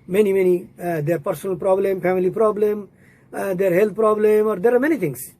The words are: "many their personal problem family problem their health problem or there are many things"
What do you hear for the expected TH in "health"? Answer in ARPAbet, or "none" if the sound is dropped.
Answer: T